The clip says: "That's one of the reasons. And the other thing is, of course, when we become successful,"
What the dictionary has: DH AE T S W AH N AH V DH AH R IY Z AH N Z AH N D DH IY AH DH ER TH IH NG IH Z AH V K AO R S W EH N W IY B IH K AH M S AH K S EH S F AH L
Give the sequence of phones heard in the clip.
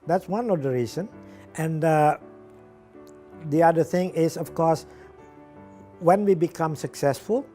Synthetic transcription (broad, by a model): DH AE T S W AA N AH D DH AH R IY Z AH N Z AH N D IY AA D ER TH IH NG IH S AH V K AO S W EH N W IY B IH K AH M S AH K S EH S F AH L